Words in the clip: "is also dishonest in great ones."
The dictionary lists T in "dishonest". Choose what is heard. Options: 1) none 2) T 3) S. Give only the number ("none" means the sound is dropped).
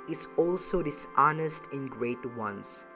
2